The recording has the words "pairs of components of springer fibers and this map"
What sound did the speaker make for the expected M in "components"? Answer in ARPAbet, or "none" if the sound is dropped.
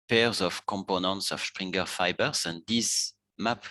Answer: M